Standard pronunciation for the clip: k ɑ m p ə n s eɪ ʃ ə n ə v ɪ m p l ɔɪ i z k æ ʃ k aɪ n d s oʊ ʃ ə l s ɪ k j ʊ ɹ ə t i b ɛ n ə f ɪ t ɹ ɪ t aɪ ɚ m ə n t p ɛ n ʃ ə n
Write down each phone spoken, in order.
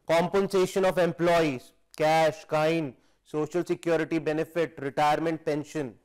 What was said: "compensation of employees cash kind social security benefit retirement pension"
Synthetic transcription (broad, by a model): k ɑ m p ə n s eɪ ʃ ə n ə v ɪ m p l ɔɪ i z k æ ʃ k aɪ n s oʊ ʃ ə l s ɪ k j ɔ ɹ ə t i b ɛ n ə f ɪ t ɹ ɪ t aɪ ɚ m ə n t p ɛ n ʃ ə n